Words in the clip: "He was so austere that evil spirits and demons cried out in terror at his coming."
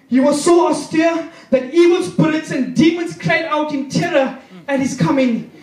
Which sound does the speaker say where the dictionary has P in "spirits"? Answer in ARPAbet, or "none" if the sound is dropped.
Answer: B